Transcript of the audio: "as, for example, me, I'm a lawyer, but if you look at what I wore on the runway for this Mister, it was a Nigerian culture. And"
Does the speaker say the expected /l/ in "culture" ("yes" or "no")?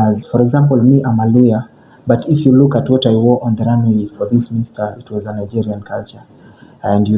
yes